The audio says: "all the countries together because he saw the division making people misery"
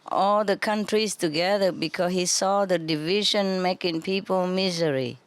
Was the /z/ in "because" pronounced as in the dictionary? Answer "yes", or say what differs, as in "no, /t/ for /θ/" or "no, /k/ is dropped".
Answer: no, /s/ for /z/